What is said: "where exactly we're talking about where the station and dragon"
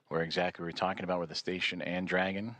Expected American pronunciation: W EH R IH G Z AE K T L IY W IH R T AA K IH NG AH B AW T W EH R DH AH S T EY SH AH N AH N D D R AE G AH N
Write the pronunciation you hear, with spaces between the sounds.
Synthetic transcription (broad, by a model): W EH R IH G Z AE K T L IY W IH R T AA K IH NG AH B AW T W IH DH AH S T EY SH AH N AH N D D R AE G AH N